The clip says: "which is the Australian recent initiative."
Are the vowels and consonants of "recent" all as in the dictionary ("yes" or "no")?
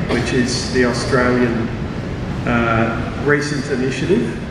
yes